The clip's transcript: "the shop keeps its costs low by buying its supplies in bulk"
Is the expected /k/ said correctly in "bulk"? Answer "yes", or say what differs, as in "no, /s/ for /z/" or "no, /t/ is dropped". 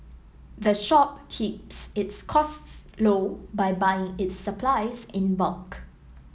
yes